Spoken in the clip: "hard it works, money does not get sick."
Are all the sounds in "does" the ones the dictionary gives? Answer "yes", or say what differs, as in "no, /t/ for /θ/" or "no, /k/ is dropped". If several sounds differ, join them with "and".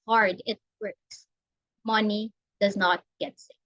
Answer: yes